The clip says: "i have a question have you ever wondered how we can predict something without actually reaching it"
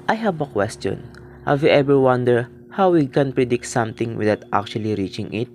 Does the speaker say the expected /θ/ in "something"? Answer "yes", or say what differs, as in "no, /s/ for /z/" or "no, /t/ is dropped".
no, /t/ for /θ/